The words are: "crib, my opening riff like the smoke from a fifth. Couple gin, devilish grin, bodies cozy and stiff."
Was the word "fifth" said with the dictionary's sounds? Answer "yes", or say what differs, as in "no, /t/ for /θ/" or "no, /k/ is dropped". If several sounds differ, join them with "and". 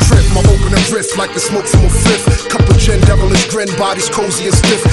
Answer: no, /f/ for /θ/